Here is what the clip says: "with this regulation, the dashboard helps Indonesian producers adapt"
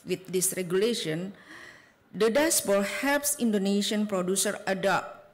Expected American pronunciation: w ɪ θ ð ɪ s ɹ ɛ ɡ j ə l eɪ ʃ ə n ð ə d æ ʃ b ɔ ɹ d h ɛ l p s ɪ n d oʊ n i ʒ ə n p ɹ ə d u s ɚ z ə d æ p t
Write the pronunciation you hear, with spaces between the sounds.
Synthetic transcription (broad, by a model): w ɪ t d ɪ s ɹ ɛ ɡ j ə l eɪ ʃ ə n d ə d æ s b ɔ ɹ h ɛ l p s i n d oʊ n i ʃ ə n p ɹ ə d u s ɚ ə d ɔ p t